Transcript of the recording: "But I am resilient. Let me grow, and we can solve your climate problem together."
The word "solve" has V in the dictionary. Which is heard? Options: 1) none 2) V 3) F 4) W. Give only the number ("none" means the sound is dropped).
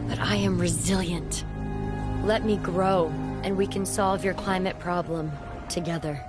2